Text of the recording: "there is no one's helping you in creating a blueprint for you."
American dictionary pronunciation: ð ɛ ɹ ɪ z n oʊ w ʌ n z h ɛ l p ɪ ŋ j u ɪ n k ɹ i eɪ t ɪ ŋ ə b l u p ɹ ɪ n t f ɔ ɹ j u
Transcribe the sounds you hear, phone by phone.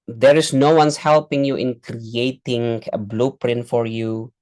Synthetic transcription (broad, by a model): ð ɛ ɹ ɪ s n oʊ w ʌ n s h ɛ l p ɪ ŋ j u ɪ n k ɹ i eɪ t ɪ ŋ ə b l u p ɹ ɪ n t f ɔ ɹ j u